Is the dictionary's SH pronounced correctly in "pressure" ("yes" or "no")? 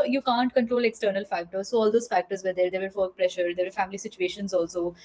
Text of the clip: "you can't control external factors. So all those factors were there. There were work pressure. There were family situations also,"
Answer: yes